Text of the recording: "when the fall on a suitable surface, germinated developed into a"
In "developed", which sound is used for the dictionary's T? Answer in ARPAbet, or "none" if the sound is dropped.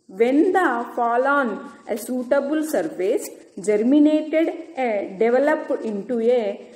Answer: none